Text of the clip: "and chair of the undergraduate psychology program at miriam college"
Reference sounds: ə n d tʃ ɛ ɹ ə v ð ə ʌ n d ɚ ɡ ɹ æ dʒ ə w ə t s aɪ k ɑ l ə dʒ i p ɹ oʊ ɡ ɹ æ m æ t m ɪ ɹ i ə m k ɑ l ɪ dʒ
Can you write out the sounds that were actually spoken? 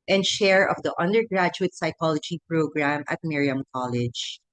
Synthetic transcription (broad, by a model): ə n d ʃ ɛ ɹ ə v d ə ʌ n d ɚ ɡ ɹ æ dʒ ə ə t s aɪ k ɑ l ə dʒ i p ɹ oʊ ɡ ɹ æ m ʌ t m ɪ ɹ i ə m k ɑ l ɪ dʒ